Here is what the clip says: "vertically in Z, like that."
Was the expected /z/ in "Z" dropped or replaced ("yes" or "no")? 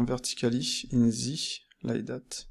no